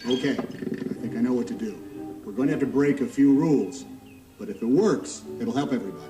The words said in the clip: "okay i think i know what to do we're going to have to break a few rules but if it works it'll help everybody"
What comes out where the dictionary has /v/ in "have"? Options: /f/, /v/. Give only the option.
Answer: /f/